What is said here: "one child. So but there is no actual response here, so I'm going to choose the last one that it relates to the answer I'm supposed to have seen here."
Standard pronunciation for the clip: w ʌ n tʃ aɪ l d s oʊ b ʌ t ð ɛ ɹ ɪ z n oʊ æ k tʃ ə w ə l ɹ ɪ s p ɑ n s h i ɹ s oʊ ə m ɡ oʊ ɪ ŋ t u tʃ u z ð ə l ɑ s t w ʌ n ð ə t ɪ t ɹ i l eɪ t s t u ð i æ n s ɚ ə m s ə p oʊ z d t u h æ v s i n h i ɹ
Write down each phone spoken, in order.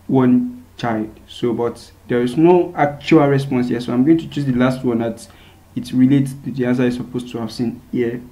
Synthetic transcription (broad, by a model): w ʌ n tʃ aɪ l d s oʊ b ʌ t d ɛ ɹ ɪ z n oʊ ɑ k tʃ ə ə l ɹ ɪ s p ɑ n s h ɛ s oʊ ə m ɡ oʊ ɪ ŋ t u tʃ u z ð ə l ɑ s t w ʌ n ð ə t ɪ t ɹ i l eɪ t t u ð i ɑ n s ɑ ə s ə p oʊ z t u h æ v s i n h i